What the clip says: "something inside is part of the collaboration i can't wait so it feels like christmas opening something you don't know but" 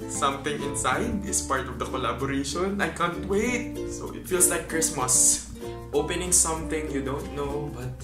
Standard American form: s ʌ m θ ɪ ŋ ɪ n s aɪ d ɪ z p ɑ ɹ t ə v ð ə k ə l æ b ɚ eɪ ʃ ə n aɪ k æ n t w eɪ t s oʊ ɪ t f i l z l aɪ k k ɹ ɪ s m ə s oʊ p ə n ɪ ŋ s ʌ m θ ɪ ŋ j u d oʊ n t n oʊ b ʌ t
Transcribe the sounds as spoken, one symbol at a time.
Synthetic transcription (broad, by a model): s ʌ m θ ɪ ŋ ɪ n s aɪ d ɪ s p ɑ ɹ t ə v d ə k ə l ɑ b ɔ eɪ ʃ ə n aɪ k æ n t w eɪ t s oʊ ɪ t f i l s l aɪ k k ɹ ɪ s m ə s oʊ p ə n ɪ ŋ s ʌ m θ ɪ ŋ j u d oʊ n t n oʊ b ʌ t